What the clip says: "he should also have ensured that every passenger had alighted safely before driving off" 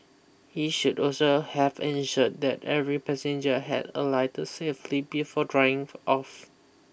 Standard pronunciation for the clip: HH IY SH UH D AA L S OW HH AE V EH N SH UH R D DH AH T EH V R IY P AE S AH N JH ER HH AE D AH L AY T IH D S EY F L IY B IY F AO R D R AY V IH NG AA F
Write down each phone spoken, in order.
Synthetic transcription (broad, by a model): HH IY SH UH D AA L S OW HH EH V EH N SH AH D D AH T EH V R IY P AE S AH N JH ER HH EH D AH L AY T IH S EY F L IY B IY F AO D R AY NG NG AA F